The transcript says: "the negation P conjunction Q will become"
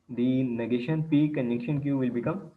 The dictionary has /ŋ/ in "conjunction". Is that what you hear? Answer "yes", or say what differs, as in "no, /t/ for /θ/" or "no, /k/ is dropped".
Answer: no, /ŋ/ is dropped